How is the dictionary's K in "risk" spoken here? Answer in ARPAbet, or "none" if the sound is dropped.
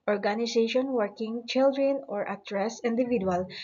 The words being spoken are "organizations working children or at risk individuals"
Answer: none